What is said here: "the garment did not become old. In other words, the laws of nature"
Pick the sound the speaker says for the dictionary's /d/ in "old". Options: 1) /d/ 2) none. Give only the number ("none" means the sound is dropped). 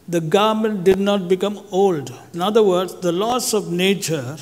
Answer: 1